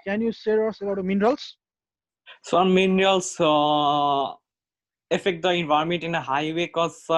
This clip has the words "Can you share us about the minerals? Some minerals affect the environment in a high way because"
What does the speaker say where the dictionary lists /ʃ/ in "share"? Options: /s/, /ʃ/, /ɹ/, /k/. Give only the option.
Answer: /s/